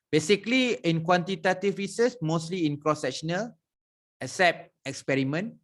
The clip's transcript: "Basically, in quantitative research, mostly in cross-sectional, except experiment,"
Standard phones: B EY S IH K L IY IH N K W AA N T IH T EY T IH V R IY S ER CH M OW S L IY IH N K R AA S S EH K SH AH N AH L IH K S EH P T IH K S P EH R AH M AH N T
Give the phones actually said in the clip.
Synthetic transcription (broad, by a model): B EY S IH K L IY IH N K W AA N T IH T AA T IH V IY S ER S M OW S L IY IH N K R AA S S EH K SH AH N AH L IH K S EH P T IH K S P EH R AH M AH N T